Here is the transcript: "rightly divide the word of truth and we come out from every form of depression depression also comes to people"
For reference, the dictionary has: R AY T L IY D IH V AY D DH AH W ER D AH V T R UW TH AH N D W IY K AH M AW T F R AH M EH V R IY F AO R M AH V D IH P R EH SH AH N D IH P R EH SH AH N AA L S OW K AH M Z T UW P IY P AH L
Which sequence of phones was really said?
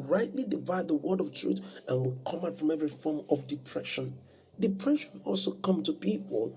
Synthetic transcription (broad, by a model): R AY T L IY D IH V AY D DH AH W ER D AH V T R UW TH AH N W IY K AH M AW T F R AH M EH V R IY F AO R M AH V D IH P R EH SH AH N D IH P R EH SH AH N AA L S OW K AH M T UW P IY P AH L